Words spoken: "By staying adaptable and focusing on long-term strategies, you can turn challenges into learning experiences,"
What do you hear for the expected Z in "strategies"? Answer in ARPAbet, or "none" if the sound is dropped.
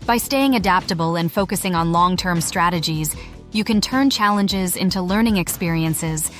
Z